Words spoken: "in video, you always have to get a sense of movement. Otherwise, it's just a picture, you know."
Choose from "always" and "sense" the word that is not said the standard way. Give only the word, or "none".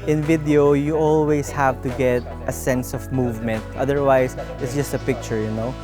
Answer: always